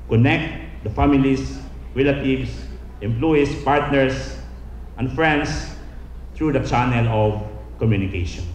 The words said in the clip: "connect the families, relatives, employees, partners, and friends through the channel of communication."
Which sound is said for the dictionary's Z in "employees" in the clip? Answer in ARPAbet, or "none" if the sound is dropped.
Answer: S